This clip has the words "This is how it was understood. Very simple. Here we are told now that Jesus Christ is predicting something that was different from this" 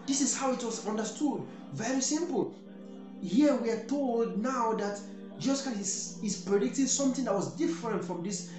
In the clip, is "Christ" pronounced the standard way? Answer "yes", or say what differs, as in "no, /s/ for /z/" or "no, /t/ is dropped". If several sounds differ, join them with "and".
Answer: no, /t/ is dropped